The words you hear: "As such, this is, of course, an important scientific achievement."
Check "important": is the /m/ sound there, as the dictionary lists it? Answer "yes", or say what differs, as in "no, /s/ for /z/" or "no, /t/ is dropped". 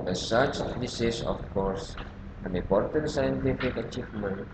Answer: no, /m/ is dropped